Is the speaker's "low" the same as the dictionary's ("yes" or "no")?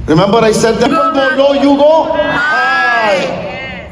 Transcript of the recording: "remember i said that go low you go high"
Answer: no